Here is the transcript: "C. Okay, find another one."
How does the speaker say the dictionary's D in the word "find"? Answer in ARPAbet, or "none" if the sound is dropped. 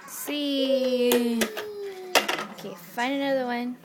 none